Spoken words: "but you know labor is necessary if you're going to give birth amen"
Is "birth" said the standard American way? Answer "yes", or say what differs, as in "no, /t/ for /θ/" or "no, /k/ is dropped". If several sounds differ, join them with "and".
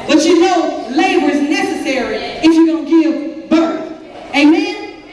yes